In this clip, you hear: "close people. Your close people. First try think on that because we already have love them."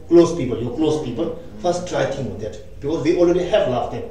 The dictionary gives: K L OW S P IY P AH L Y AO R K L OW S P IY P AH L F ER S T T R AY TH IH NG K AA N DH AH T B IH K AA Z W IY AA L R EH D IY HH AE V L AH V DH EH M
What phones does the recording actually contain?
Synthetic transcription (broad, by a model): K L OW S P IY P AH L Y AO K L OW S P IY P AH L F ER S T T R AY T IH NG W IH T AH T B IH K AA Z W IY AA L R EH D IY HH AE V L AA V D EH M